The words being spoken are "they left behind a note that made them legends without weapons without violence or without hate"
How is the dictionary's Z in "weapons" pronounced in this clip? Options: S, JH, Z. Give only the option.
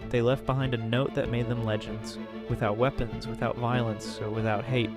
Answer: Z